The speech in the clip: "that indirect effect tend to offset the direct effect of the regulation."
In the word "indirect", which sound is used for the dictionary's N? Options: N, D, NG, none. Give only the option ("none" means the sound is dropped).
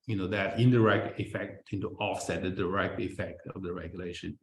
N